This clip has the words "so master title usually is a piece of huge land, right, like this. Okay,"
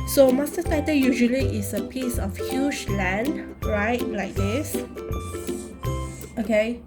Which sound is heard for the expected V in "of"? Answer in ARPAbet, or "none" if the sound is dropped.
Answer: F